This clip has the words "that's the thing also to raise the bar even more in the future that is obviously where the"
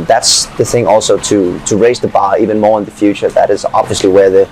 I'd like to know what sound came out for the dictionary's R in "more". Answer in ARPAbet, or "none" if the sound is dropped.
R